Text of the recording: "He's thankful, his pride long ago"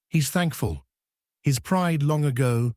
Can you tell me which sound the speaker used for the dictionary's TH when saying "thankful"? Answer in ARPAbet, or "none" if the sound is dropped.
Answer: TH